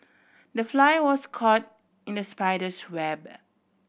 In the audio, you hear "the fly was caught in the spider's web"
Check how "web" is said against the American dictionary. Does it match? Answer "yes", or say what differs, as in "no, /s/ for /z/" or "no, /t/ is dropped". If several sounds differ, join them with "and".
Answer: yes